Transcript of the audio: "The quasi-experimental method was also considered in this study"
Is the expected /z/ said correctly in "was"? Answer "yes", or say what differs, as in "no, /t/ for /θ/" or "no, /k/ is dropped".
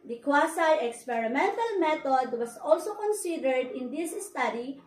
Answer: no, /s/ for /z/